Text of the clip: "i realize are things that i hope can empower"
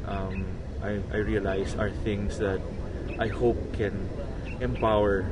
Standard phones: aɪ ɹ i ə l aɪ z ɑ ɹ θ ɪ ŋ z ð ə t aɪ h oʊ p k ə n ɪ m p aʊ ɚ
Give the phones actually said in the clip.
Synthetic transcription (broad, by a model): aɪ ɹ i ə l aɪ s ɑ ɹ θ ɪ ŋ s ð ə t aɪ h oʊ p k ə n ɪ m p aʊ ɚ